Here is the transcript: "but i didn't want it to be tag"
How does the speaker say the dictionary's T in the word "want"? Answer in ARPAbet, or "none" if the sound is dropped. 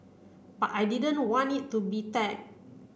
none